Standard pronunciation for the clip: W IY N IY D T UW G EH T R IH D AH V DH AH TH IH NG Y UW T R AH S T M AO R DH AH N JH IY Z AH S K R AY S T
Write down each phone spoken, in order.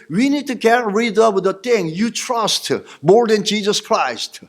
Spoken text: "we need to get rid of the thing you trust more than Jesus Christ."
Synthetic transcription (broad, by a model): W IY N IY D T UW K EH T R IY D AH W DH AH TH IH NG Y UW T R AH S T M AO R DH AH N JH IY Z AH S K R AY S T